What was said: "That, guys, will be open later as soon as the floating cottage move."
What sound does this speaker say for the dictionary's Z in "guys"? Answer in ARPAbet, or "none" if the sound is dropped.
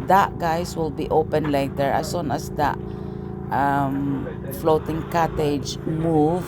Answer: S